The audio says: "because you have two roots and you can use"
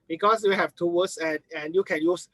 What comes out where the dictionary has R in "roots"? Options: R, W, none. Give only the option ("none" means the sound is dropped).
W